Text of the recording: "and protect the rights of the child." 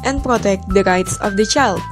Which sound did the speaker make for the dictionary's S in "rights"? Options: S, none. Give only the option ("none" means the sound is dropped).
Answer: S